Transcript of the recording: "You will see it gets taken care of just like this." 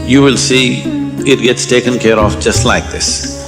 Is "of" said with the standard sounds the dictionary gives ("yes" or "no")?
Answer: no